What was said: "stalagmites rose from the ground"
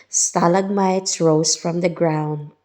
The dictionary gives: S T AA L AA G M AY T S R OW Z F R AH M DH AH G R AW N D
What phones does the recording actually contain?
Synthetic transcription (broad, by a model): S T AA L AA G M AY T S R OW S F R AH M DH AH G R AW N D